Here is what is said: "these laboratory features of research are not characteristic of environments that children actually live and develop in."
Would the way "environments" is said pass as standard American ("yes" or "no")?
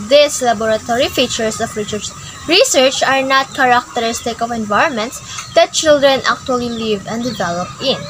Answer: yes